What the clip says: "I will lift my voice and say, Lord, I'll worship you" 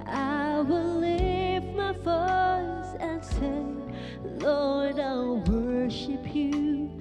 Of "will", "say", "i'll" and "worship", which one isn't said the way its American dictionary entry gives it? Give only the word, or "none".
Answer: none